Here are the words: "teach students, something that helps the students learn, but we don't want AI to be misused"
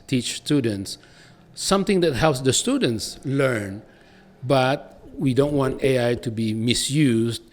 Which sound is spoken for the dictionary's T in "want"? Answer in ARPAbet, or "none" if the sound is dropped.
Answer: T